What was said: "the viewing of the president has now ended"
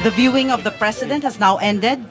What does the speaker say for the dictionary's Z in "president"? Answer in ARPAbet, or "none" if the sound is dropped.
S